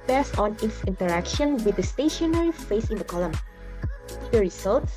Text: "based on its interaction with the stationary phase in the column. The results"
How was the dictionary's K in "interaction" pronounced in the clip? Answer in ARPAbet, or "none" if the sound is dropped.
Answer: K